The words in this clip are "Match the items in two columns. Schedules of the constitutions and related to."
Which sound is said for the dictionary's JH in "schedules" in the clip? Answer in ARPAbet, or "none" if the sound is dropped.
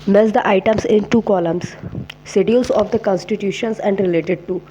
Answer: none